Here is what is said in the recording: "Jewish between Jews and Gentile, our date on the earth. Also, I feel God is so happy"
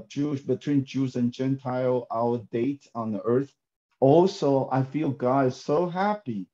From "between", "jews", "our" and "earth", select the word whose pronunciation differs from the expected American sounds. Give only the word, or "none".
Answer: none